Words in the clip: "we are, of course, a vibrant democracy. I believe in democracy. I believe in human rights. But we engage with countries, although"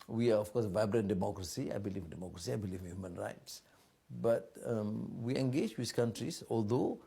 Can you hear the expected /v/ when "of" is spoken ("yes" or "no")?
no